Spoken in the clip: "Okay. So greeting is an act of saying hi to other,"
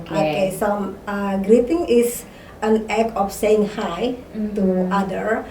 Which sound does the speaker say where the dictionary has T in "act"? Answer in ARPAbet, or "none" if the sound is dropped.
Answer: none